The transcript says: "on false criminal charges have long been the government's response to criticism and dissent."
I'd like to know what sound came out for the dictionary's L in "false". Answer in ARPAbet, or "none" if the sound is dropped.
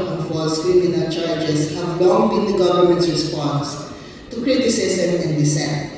none